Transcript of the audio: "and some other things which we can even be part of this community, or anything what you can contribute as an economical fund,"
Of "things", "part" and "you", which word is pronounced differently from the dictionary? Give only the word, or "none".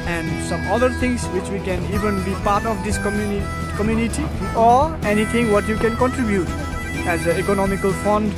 things